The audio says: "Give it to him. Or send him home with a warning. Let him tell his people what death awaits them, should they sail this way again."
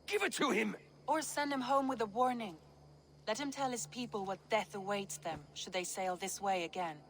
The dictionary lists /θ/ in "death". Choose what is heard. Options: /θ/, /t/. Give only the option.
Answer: /θ/